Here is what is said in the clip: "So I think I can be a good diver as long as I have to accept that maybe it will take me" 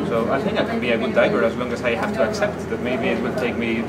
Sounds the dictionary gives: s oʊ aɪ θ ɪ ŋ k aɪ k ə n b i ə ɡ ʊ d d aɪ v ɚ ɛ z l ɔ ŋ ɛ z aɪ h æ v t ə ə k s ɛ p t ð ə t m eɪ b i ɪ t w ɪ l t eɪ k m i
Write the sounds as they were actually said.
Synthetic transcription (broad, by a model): s oʊ aɪ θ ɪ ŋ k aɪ k ə n b i ə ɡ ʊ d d aɪ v ɚ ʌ z l ɔ ŋ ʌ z aɪ h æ f t ə ə k s ɛ p t ð ə t m eɪ b i ɪ t w ɪ l t eɪ k m i